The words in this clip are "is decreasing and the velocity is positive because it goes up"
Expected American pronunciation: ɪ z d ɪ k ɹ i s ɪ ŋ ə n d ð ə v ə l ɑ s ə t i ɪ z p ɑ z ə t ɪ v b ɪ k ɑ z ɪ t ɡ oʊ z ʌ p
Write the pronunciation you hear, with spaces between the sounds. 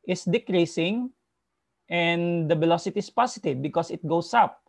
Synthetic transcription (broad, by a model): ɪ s d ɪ k ɹ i s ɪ ŋ ə n d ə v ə l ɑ s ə t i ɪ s p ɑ s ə t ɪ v b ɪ k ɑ s ɪ t ɡ oʊ s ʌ p